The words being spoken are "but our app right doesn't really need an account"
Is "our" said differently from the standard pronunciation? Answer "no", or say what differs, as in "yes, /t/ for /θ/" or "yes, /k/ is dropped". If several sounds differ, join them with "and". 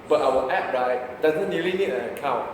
yes, /w/ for /ɹ/